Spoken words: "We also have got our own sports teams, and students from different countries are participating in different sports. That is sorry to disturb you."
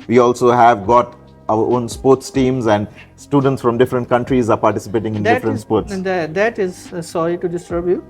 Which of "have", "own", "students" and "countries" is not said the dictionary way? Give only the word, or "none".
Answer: none